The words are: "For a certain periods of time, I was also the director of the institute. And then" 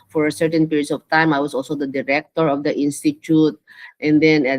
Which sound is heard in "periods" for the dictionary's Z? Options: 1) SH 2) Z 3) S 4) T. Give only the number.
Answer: 3